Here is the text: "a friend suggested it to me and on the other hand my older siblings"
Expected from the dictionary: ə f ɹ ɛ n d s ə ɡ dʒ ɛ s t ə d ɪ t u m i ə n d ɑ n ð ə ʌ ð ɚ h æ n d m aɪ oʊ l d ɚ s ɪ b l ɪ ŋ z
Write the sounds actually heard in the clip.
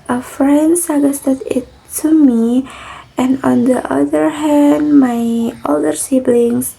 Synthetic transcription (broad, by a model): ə f ɹ ɛ n d s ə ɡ ɛ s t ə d ɪ t u m i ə n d ɑ n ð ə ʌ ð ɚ h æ n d m aɪ oʊ l d ɚ s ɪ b l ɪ ŋ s